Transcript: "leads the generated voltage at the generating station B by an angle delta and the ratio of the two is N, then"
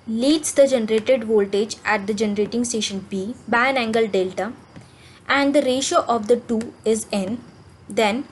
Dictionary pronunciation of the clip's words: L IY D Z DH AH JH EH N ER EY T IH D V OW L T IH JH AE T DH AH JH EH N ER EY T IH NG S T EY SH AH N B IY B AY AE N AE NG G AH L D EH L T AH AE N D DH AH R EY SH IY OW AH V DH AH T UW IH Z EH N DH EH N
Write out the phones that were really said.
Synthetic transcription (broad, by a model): L IY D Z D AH JH EH N ER EY T IH D V OW L T IH JH AE T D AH JH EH N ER EY T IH NG S T EY SH AH N B IY B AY AE N AE NG G AH L D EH L T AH AE N D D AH R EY SH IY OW AH V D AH T UW IH Z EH N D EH N